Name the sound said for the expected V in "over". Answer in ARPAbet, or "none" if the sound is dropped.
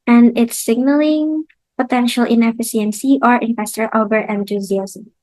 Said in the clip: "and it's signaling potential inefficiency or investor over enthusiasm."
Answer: B